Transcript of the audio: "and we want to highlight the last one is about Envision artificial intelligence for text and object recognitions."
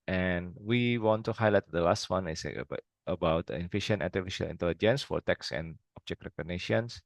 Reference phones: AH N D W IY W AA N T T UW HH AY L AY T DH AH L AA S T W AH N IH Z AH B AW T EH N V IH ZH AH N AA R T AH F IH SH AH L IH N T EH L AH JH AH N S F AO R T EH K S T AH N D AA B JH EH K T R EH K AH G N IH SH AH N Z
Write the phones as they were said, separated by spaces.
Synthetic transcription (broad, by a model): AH N W IY W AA N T T UW HH AY L AY T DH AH L AA S T W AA N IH S AH B AW T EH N F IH SH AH N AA T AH F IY SH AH L IH N T EH L AH JH AH N S F AO R T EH K S AH N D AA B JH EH K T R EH K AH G N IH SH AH N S